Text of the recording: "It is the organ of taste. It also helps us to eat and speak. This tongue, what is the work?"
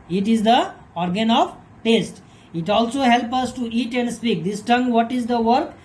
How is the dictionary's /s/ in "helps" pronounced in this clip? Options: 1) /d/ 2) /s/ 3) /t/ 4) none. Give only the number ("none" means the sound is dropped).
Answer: 4